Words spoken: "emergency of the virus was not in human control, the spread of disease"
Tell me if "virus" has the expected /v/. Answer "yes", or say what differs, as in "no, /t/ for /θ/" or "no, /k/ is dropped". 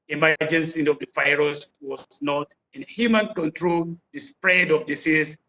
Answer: no, /f/ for /v/